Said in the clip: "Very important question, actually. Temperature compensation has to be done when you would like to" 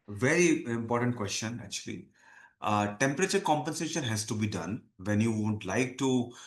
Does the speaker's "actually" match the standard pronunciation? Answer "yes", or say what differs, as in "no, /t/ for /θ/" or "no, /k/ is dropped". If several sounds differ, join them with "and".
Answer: yes